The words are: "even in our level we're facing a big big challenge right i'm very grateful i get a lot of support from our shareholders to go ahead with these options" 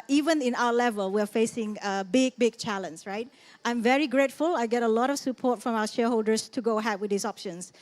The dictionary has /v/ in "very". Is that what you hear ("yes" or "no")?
yes